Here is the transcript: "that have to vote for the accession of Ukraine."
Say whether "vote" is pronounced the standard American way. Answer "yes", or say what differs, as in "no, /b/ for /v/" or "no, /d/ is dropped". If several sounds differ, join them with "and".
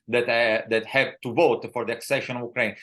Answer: yes